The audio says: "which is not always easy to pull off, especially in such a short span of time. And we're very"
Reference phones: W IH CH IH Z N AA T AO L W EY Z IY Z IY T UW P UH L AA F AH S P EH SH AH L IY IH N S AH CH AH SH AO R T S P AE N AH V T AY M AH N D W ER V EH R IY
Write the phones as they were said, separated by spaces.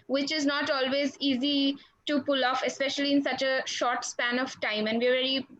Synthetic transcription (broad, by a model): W IH CH IH Z N AA T AO L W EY Z IY Z IY T UW P UH L AA F AH S P EH SH AH L IY IH N S AH CH AH SH AO R T S P AE N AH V T AY M AH N D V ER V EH R IY